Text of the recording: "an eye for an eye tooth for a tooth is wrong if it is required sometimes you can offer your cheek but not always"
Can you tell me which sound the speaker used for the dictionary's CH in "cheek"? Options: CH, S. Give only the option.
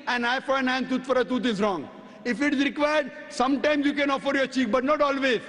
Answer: CH